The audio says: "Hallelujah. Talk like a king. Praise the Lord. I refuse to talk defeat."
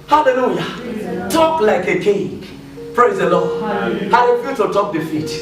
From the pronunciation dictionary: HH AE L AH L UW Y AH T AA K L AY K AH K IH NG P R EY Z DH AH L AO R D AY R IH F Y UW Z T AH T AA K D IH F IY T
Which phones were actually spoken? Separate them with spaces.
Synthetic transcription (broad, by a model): HH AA L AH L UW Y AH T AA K L AY K AH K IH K P R EY Z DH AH L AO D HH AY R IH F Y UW T AH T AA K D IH F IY T